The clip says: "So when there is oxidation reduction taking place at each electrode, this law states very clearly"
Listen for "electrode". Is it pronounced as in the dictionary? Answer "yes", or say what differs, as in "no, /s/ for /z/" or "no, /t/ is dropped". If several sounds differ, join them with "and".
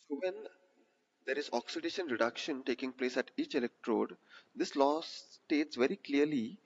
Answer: yes